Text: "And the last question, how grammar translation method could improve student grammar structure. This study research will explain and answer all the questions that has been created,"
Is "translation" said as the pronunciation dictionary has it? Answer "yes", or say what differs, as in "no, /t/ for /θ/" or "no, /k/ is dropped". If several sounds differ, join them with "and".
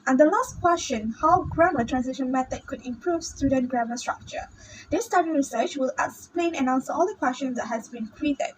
no, /l/ is dropped